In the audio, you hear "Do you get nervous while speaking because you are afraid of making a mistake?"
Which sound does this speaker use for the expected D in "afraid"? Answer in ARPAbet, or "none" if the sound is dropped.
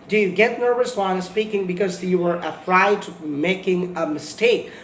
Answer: none